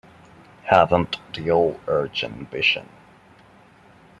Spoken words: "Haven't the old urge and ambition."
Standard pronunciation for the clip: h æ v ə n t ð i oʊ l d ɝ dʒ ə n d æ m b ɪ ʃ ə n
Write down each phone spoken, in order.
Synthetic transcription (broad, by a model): h æ v ə n t ð i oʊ l ɝ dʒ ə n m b ɪ ʃ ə n